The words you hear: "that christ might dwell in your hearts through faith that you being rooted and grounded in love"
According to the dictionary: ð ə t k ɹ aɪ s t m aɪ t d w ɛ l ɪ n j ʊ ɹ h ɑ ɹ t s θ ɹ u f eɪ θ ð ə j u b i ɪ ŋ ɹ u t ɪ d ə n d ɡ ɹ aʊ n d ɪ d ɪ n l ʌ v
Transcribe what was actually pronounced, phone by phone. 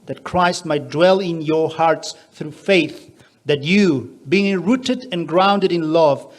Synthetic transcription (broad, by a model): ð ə t k ɹ aɪ s t m aɪ t d w ɛ l ɪ n j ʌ ɹ h ɑ ɹ t s θ ɹ u f eɪ θ ð ə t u b i ɪ ŋ ɹ u t ɪ d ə n ɡ ɹ aʊ n d ɪ d ɪ n l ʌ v